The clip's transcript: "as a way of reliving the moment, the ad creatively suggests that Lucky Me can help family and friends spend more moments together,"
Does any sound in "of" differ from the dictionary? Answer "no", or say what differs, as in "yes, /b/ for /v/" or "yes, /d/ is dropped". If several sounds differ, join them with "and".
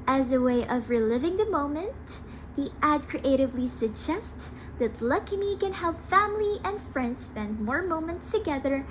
no